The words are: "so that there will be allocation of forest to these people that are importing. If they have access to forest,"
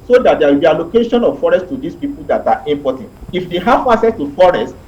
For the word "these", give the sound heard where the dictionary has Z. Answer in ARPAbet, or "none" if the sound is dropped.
S